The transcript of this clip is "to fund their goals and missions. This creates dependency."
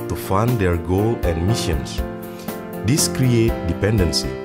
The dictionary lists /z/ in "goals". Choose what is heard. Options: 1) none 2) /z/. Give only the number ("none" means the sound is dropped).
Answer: 1